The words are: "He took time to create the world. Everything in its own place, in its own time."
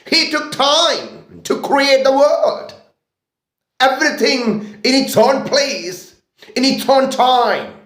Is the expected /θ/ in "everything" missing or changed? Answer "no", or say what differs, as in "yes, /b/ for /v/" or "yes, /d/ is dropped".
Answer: no